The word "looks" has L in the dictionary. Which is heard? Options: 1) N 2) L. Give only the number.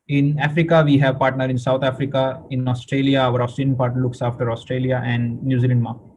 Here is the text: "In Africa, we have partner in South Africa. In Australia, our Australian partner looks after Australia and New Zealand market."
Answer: 2